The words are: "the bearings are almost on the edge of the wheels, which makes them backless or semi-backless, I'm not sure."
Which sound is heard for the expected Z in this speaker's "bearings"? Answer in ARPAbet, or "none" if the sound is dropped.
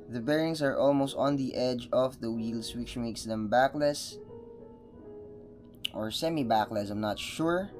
S